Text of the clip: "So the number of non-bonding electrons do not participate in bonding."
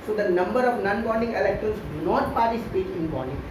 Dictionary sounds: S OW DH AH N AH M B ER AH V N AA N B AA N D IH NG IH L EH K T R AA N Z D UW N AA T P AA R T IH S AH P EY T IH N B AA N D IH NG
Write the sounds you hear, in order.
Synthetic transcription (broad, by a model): S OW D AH N AH M B ER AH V N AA N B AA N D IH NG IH L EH K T AA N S D UW N AA T P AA R T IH S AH P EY T IH N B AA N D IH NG